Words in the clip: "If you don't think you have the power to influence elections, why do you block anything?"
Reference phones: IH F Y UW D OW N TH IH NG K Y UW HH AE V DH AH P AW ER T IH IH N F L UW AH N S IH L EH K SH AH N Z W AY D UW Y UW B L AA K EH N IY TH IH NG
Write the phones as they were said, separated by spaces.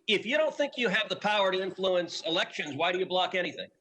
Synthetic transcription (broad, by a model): IH F Y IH D OW N TH IH NG K Y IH V DH AH P AW ER T IH IH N F L UW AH N S IH L EH K SH AH N Z W AY D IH Y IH B L AA K EH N IY TH IH NG